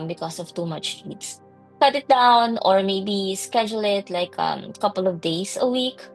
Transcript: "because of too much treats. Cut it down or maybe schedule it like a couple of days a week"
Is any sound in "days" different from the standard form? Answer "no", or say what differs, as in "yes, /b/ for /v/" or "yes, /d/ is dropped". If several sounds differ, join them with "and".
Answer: yes, /s/ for /z/